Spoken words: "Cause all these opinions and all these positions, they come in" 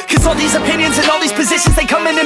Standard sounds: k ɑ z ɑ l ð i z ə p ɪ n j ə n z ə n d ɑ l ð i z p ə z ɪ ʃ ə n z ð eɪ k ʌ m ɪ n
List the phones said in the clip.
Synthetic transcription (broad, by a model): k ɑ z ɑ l ð i z ə p ɪ n j ə n z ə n ɑ l ð i z p ə z ɪ ʃ ə n z ð eɪ k ʌ m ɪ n